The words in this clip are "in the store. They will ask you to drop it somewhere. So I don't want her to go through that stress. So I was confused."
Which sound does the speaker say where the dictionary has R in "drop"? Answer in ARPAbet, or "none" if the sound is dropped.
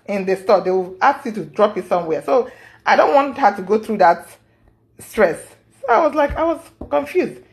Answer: R